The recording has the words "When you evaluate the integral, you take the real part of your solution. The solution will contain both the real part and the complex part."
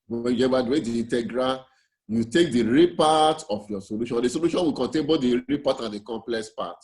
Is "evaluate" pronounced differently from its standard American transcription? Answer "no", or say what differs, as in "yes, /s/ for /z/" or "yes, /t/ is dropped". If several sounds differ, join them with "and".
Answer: yes, /w/ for /v/